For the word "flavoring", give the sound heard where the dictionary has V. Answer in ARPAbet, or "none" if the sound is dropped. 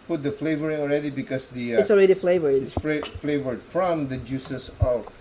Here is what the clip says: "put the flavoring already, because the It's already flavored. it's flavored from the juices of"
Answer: V